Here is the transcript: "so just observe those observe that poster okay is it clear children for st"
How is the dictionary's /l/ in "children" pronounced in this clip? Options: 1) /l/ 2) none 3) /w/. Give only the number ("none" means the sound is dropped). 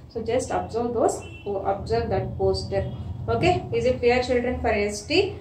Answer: 1